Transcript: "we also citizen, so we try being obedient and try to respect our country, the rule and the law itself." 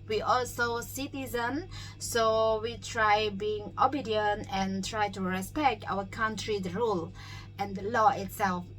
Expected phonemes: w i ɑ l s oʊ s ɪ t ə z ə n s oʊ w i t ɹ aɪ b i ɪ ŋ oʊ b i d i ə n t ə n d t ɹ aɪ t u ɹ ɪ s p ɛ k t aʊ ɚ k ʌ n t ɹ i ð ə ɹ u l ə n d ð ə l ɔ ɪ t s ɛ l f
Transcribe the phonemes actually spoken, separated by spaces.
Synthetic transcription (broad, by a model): w i ɑ l s oʊ s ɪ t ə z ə n s oʊ w i t ɹ aɪ b i ɪ ŋ oʊ b i d i ə n t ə n t ɹ aɪ t u ɹ ɪ s p ɛ k t aʊ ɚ k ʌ n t ɹ i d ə ɹ u l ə n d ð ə l ɔ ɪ t s ɛ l f